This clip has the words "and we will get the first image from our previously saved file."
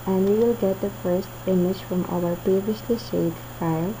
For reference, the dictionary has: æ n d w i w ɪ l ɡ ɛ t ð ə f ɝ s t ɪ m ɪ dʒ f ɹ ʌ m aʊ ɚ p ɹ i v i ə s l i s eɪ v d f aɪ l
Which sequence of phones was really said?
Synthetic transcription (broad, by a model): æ n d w i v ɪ l ɡ ɛ t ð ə f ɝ s t ɪ m ɪ dʒ f ɹ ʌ m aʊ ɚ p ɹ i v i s l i ʃ eɪ d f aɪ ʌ